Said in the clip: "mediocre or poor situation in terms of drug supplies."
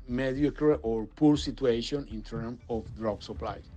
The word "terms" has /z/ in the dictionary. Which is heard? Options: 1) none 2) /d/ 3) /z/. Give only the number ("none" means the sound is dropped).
1